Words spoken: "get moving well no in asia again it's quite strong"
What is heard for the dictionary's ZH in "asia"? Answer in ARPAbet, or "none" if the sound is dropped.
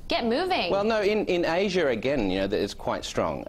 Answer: ZH